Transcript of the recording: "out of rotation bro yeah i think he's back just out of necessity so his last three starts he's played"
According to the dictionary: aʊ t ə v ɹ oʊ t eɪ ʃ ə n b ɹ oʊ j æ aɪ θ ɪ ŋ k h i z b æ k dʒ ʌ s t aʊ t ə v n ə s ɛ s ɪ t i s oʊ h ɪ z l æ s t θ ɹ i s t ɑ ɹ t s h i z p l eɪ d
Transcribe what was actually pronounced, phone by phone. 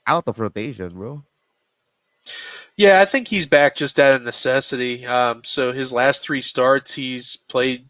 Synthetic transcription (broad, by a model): aʊ t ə f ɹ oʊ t eɪ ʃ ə n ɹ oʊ j æ aɪ θ ɪ ŋ k h i z b æ k dʒ ʌ s t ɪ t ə n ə s ɛ s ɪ t i s oʊ ɪ z l æ s t θ ɹ i s t ɑ ɹ t s h i z p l eɪ d